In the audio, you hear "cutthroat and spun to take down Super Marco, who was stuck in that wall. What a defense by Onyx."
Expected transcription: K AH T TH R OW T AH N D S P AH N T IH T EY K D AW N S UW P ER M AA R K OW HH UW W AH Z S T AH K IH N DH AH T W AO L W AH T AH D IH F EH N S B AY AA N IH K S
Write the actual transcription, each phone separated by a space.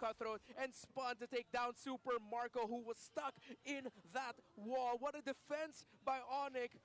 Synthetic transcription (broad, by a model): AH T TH R OW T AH N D S P AH N T IH T EY K D AW N S UW P ER M AA R K OW HH UW W AH Z S T AH K IH N DH AH T W AO L W AH T AH D IH F EH N S B AY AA N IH K